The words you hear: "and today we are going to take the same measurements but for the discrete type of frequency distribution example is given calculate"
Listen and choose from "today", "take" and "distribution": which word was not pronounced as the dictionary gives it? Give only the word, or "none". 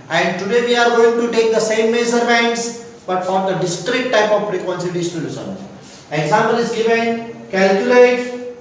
distribution